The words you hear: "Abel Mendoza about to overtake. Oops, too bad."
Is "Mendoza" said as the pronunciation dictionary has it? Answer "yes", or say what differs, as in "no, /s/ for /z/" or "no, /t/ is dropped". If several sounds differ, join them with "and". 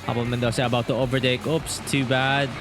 no, /s/ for /z/